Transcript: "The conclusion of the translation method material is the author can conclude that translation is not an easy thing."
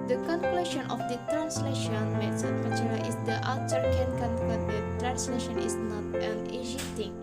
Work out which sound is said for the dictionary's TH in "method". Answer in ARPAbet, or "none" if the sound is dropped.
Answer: S